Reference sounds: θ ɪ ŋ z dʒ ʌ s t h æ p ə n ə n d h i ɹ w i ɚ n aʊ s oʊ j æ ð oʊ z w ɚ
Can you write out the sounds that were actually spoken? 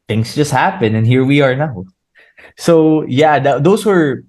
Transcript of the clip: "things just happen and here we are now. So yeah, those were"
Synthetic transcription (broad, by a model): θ ɪ ŋ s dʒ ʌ s t h æ p ə n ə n h i ɹ w i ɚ n aʊ s oʊ j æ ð oʊ s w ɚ